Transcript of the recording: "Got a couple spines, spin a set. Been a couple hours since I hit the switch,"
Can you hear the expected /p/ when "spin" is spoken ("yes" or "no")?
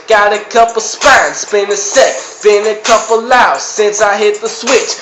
no